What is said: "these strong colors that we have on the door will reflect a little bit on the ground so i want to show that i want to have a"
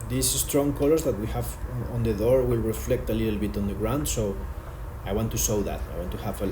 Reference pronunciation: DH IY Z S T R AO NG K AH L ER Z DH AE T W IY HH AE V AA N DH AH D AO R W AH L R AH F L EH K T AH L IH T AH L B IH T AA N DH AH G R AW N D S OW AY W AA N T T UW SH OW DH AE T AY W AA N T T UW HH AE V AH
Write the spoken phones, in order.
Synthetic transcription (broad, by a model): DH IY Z S T R AO NG K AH L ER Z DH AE T W IY HH AE V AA N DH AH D AO R W AH L R AH F L EH K T AH L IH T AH L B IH T AA N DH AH G R AW N D S OW AY W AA N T T UW S OW DH AE T AY W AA N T T UW HH AE V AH